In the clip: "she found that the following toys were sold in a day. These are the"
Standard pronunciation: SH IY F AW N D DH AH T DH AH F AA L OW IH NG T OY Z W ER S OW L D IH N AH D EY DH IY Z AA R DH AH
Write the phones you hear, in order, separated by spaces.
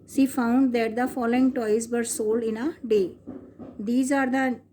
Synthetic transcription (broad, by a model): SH IY F AW N D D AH T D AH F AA L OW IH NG T OY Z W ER S OW L D IH N AH D EY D IY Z AA R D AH